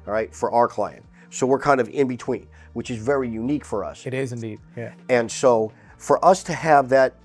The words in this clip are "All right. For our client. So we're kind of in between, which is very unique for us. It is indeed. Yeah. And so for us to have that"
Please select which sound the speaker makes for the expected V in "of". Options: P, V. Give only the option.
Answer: V